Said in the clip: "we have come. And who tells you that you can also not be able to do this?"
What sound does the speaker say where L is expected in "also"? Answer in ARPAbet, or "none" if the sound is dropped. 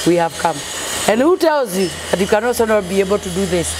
none